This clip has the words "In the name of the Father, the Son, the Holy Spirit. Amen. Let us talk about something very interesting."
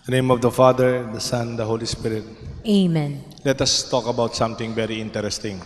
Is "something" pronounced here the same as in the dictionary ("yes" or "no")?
no